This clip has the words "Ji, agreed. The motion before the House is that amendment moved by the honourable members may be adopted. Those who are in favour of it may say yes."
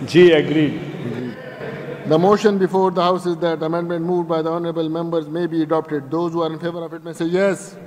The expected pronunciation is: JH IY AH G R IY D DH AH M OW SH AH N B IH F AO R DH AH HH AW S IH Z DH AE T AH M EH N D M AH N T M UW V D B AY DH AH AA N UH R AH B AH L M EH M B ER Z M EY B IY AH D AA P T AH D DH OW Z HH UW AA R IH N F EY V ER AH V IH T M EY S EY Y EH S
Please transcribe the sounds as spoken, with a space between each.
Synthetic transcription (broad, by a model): JH IY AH G R IY D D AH M OW SH AH N B IH F AO R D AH HH AW S IH Z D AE T AH M EH N D M AH N T M UW V D B AY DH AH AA N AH R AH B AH L M EH M B ER Z M EY B IY AH D AA P T AH D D OW Z HH UW AA R IH N F EY V ER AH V IH T M EY S EY Y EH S